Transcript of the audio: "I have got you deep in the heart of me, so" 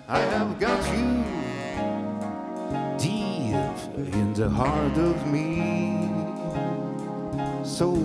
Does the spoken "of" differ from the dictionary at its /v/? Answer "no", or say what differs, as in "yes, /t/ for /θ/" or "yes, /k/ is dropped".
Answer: no